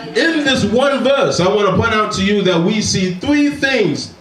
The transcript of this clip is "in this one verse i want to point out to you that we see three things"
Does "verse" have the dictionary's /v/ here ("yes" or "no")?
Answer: yes